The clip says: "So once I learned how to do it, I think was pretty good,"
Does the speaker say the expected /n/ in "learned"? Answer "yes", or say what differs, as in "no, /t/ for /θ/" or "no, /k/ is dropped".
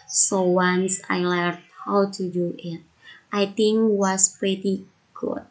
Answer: no, /n/ is dropped